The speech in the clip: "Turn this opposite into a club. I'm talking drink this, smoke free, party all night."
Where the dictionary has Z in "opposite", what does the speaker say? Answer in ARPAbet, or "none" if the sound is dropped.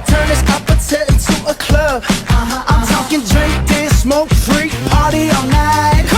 S